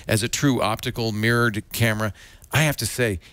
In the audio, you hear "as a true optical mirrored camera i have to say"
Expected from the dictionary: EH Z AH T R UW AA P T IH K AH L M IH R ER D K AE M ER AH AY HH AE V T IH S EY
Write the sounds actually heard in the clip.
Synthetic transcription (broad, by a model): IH Z AH T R UW AA P T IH K L M IH R ER D K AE M ER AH AY HH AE F T IH S EY